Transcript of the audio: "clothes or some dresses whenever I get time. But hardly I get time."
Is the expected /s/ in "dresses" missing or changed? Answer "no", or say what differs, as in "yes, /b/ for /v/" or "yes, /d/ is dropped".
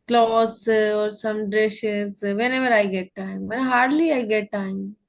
yes, /ʃ/ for /s/